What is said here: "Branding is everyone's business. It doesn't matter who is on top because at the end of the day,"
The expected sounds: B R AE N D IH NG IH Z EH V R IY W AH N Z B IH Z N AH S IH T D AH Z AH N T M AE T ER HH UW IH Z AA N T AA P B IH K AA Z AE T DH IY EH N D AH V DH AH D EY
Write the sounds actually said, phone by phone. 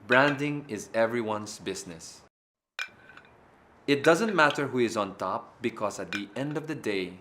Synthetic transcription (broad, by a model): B R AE N D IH NG IH Z EH V R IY W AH N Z B IH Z N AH S IH T D AH Z AH N T M AE T ER HH UW IH Z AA N T AA P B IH K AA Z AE T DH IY EH N D AH V DH AH D EY